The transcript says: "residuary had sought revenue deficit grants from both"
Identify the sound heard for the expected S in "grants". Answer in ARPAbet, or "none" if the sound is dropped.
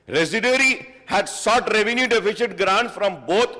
none